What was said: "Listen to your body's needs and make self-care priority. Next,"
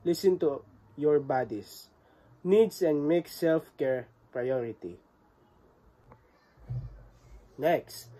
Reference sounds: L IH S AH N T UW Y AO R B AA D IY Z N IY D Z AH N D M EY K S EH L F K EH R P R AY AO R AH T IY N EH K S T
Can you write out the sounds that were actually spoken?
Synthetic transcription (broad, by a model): L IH S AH N T UW Y AO R B AA D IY S N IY D S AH N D M EY K S EH L F K EH R P R AY AO R AH T IY N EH K S T